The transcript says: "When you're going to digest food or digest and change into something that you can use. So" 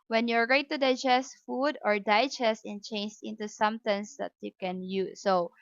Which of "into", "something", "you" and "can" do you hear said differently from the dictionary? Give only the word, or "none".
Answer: something